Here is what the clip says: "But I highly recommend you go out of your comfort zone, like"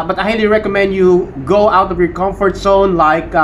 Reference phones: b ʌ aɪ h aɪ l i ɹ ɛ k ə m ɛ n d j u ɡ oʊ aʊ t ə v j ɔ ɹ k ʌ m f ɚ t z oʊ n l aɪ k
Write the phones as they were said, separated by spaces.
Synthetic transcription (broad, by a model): b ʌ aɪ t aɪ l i ɹ ɛ k ə m ɛ n d j u ɡ oʊ aʊ t ə v j ɔ ɹ k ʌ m f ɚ t s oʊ n l aɪ k